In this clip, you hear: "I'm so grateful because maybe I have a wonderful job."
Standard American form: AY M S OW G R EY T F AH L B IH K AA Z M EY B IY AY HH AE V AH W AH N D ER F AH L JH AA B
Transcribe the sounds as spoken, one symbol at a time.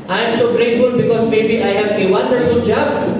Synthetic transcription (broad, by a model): AY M S OW G R EY T F AH L B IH K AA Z M EY B IY AY HH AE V AH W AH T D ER AH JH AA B